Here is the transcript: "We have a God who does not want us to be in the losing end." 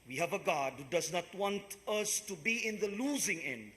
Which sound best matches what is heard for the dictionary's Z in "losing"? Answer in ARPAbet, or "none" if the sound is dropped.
Z